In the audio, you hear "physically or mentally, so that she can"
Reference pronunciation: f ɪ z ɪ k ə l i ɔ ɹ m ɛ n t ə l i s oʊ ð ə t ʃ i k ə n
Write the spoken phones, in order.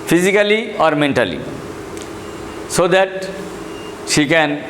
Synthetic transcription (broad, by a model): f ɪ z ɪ k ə l i ɔ ɹ m ɛ n t ə l i s oʊ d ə t ʃ i k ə n